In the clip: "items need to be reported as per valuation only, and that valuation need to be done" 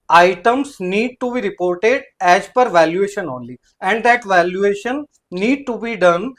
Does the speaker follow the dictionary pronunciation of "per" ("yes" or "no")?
yes